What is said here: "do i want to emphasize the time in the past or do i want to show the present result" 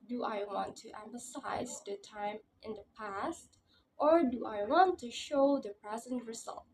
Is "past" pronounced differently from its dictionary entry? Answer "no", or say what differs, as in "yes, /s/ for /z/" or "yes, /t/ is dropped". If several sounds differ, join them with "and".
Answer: no